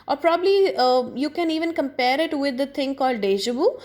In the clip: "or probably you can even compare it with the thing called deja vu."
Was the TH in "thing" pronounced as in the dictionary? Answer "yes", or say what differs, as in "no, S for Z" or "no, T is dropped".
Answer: no, T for TH